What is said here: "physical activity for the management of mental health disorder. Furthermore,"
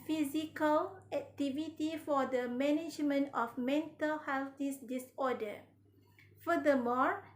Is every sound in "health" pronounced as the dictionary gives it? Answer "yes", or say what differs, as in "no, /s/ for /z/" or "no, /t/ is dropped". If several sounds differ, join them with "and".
no, /s/ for /θ/